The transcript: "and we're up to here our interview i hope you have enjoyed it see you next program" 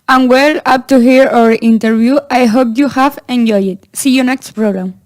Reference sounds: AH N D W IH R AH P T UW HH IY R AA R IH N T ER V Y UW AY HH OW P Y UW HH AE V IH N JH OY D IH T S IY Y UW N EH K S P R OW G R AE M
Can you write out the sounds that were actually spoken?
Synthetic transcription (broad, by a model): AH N W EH L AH P T UW HH IY R AA R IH N T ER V Y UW AY HH OW P Y UW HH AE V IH N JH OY IH T S IY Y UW N EH K S P R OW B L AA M